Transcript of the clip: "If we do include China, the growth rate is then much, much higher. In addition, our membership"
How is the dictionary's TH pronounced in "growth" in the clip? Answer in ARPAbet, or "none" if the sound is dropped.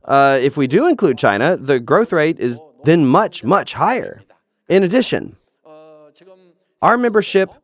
TH